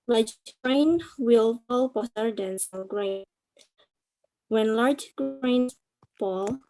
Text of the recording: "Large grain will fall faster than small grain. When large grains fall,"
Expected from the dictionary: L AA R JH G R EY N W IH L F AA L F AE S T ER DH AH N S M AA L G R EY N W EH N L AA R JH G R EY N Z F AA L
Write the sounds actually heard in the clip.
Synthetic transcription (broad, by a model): L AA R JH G R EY N W IH L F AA L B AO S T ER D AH N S AA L G R EY N W EH N L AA R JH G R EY N F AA L